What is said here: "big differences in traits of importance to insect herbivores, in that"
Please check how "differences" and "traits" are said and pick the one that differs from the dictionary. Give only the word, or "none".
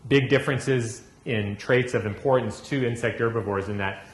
none